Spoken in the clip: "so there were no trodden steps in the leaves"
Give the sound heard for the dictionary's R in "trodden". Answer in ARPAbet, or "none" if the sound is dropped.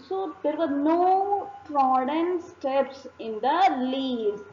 R